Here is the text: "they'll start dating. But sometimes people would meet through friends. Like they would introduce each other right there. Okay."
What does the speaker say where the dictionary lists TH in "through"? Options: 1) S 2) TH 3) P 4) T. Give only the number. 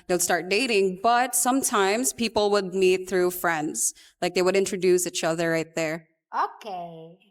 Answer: 2